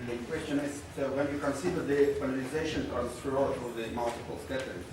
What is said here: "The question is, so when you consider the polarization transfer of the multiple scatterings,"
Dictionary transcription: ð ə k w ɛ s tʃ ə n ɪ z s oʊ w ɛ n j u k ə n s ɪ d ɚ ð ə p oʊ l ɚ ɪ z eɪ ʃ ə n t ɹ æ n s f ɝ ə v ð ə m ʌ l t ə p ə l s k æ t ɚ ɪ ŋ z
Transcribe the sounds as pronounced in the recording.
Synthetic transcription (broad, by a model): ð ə k w ɛ s tʃ ə n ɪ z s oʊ w ɛ n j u k ə n s ɪ d ɚ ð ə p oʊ n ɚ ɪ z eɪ ʃ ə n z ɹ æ s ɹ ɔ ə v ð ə m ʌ l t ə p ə l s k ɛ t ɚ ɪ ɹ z